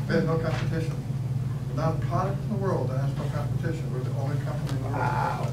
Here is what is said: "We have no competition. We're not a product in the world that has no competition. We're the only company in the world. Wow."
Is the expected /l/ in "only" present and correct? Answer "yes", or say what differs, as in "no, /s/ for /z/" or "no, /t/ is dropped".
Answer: no, /w/ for /l/